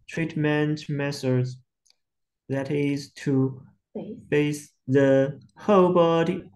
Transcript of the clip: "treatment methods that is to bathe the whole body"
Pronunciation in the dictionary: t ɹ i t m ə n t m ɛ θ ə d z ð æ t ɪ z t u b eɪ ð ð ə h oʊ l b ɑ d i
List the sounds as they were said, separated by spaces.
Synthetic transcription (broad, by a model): t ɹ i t m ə n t m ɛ s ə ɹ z ð æ t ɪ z t u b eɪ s ð ə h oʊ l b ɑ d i